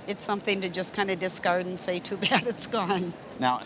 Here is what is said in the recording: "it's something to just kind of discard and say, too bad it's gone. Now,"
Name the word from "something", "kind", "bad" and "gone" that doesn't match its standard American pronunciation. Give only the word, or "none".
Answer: none